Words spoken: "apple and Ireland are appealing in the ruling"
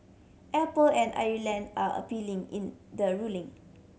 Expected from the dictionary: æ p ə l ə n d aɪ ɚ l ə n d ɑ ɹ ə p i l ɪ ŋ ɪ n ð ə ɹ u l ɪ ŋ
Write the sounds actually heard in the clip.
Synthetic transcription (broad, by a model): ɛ p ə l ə n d aɪ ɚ l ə n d ɑ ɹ ə p i l ɪ ŋ ɪ n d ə ɹ u l ɪ ŋ